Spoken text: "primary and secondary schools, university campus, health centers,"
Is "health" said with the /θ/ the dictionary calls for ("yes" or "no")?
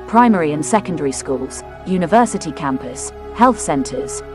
yes